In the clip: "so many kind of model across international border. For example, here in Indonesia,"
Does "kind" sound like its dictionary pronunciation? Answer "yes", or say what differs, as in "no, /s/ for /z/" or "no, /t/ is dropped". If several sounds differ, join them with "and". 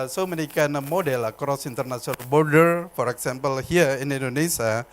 no, /d/ is dropped